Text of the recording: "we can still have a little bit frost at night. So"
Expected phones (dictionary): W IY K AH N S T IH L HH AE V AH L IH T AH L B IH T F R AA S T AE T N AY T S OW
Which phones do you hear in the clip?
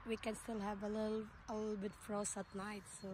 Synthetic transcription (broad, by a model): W IY K AH N S T IH L HH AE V AH L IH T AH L B IH T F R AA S AE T N AY T S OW